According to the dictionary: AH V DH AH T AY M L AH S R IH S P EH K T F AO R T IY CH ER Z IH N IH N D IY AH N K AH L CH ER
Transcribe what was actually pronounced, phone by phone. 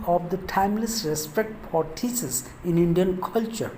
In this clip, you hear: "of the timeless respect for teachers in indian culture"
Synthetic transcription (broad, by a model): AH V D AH T AY M L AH S R IH S P EH K T F AO R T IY S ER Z IH N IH N D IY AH N K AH L CH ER